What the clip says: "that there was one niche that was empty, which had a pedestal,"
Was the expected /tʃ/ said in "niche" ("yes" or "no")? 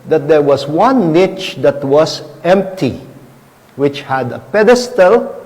yes